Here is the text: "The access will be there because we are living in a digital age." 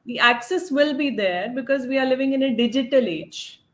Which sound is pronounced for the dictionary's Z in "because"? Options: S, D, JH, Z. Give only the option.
Z